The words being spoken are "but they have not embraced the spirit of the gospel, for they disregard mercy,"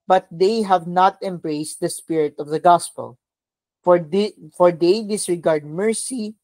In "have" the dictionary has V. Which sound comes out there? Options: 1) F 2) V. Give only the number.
2